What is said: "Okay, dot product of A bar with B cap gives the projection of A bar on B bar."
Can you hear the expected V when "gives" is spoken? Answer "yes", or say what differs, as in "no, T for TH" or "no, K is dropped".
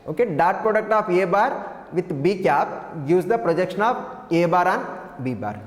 no, V is dropped